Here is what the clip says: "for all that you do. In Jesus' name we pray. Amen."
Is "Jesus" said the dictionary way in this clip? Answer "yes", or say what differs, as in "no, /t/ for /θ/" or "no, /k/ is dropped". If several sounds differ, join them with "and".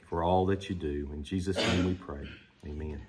yes